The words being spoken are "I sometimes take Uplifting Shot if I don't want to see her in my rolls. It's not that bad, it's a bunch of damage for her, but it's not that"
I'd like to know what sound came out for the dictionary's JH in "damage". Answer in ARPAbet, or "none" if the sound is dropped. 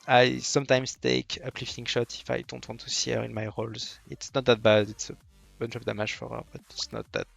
ZH